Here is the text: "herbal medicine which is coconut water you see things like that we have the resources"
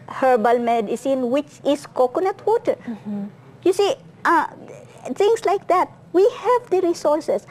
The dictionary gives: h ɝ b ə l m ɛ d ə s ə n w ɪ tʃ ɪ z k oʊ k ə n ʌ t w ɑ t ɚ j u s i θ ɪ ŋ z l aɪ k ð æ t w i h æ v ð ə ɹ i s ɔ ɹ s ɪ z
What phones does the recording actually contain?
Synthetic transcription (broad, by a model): h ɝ b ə l m ɛ d ə s ə n w ɪ tʃ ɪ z k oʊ k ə n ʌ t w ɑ t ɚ j u s i t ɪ ŋ s l aɪ k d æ t w i h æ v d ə ɹ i s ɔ ɹ s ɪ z